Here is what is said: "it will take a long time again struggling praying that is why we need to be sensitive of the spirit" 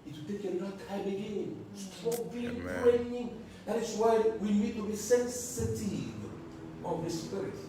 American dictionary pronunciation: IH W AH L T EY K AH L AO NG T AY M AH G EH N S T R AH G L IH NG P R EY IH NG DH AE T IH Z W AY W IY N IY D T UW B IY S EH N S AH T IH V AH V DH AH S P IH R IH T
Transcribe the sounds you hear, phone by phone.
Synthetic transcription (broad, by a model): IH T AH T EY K AH N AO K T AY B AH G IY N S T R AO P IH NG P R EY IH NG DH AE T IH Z W AY W IY N IY D T UW B IY S EH N S AH T IH V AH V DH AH S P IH R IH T